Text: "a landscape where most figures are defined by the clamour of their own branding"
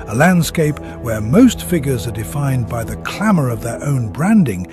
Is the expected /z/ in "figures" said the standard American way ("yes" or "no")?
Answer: yes